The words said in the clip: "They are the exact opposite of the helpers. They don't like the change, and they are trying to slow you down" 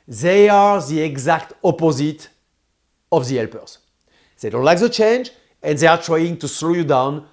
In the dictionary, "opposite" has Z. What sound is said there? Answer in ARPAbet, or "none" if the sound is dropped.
Z